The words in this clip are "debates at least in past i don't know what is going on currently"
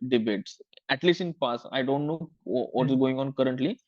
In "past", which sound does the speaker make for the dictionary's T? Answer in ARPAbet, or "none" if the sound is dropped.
none